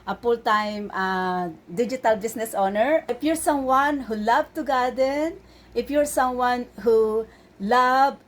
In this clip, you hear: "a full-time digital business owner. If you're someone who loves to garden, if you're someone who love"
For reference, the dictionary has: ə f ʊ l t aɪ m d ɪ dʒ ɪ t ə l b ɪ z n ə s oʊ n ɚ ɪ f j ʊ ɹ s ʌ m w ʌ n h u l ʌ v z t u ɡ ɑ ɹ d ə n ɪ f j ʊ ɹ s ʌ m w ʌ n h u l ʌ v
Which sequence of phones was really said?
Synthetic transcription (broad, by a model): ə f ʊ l t aɪ m d ɪ dʒ ɪ t ə l b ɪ s n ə s oʊ n ɚ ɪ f j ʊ ɹ s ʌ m w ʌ n h u l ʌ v t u ɡ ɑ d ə n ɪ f j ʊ ɹ s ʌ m w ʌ n h u l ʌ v